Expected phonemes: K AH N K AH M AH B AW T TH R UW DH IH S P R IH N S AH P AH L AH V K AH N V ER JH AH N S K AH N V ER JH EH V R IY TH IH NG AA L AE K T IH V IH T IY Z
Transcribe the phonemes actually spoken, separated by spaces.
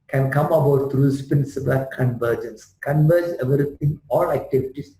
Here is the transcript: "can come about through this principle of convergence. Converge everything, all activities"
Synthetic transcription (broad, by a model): K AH N K AH M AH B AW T T R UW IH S P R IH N S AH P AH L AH K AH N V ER JH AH N S K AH N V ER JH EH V R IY T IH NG AA L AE K T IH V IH T IY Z